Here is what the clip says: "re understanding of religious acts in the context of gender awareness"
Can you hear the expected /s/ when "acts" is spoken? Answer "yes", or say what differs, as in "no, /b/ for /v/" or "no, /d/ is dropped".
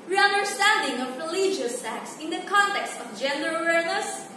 yes